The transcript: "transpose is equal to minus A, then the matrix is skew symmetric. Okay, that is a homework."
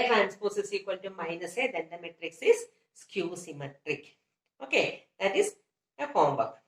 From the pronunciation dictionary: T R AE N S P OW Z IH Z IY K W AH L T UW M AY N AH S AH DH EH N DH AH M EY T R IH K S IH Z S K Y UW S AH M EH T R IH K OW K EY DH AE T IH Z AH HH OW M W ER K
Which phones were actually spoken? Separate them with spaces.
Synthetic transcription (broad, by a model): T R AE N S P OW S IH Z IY K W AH L T UW M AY N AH S AH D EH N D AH M EY T R IH K S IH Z S K Y UW S AH M EH T R IH K OW K EY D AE T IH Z AH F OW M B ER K